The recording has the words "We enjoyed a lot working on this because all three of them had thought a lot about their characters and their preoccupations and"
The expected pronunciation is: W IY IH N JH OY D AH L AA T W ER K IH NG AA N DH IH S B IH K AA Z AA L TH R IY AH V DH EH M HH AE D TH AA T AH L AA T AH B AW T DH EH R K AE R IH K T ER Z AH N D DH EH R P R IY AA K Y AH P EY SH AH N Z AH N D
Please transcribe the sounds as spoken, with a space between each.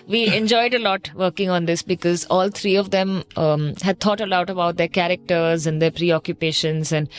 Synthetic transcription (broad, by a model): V IY IH N JH OY D AH L AA T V ER K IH NG AA N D IH S B IH K AA Z AA L T R IY AH V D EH M HH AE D T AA T AH L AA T AH B AW T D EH R K AE R IH K T ER Z AH N D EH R P R IY AA K Y AH P EY SH AH N Z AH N D